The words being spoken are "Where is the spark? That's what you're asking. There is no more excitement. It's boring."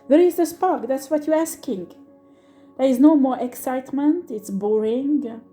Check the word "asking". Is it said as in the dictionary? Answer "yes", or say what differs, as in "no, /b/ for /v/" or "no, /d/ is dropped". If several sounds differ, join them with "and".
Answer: yes